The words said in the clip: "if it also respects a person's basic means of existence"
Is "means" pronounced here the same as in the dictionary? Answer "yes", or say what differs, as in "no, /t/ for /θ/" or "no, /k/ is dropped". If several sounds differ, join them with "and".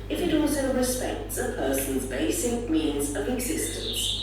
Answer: yes